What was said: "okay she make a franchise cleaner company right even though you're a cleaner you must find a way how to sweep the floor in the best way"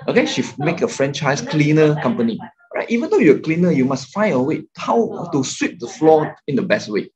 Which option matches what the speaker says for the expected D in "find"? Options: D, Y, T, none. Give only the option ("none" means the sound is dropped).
none